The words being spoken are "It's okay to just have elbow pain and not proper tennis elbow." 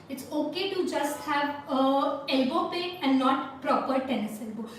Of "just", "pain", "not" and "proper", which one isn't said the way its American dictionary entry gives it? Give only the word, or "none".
pain